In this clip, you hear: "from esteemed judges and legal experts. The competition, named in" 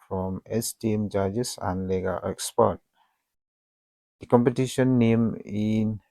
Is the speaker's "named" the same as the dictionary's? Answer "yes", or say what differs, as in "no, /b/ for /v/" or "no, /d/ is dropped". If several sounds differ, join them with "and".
no, /d/ is dropped